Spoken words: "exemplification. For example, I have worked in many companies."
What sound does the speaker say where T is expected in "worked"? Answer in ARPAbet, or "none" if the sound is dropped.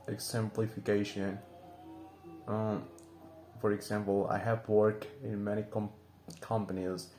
none